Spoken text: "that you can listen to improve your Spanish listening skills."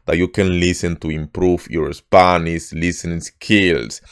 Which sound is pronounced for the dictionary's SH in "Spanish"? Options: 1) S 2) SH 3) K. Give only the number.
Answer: 1